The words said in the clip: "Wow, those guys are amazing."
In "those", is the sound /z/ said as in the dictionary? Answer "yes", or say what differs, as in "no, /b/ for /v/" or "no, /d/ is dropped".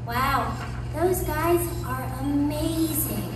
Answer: yes